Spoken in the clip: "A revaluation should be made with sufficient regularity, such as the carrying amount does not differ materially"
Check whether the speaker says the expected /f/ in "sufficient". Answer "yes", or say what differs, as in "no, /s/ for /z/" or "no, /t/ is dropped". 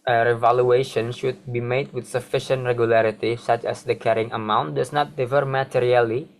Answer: yes